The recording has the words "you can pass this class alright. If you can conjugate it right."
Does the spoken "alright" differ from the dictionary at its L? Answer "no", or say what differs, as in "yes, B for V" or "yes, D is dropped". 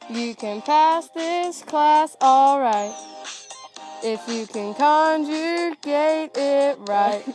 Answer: no